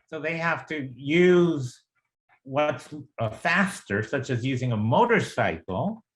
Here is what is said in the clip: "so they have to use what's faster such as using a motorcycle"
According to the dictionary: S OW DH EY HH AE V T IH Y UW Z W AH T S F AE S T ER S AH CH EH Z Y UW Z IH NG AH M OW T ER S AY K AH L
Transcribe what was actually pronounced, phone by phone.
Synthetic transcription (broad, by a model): S OW DH EY HH AE F T IH Y UW Z W AH T S F AE S T ER S AH CH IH Z Y UW Z IH NG AH M OW T ER S AY K L